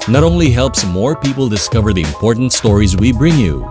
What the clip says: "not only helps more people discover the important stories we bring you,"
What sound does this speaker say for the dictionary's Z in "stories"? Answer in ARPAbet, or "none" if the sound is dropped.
Z